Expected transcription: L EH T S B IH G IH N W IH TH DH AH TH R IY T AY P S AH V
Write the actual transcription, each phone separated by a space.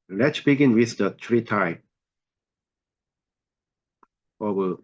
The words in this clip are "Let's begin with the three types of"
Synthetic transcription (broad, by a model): L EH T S B IH G IH N W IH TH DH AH T R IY T AY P AH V